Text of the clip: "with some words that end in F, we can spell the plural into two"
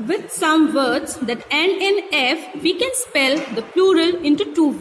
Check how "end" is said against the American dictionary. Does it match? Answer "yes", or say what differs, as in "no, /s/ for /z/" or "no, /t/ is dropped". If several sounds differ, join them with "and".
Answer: no, /d/ is dropped